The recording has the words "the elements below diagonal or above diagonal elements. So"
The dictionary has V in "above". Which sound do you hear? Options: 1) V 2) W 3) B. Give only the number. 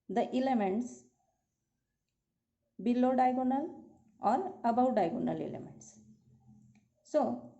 2